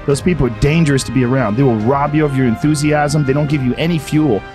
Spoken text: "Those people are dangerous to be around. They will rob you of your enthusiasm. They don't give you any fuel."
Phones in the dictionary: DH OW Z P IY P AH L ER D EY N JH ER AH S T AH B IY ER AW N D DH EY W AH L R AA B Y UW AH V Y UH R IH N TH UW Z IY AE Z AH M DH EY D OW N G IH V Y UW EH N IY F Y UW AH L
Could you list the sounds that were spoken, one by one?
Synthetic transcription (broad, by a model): DH OW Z P IY P L ER D EY N JH ER AH S T AH B IY ER AW N D DH EY W AH L R AA B Y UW AH V Y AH R IH N TH UW Z IY AE Z AH M DH EY D OW N G IH V Y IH EH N IY F Y UW L